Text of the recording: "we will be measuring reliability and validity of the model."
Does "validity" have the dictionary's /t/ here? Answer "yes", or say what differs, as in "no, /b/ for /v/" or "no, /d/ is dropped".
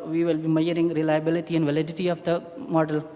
yes